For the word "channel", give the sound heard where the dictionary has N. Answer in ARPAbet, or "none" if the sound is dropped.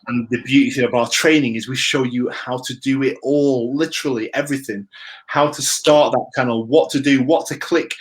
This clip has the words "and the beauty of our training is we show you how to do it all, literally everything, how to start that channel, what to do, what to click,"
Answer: none